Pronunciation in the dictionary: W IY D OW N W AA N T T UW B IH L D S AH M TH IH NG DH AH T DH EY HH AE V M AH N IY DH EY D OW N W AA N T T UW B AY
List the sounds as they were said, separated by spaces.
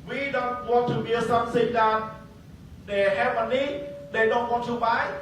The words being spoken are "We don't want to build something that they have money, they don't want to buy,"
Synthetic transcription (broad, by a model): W IY D OW N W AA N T T UW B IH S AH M S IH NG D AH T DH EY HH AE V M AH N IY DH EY D OW N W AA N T T UW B AY